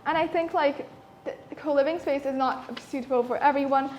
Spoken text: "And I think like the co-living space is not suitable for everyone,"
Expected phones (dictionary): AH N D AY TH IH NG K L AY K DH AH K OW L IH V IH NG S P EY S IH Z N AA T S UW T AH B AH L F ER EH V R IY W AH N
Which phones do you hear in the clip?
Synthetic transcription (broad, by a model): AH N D AY TH IH NG K L AY K DH AH K OW L IH V IH NG S P EY S IH Z N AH T S UW T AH B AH L F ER EH V R IY W AH N